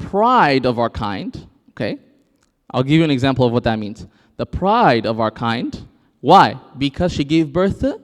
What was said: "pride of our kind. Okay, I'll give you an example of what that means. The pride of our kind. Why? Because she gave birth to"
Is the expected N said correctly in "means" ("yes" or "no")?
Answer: yes